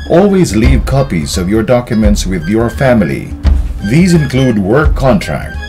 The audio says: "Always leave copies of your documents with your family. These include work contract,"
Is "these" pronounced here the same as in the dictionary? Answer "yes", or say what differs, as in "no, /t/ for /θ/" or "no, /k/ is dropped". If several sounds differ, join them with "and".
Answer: yes